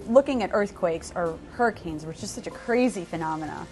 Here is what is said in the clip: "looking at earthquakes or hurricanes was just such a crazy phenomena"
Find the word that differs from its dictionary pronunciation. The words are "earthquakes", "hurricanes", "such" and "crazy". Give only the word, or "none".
none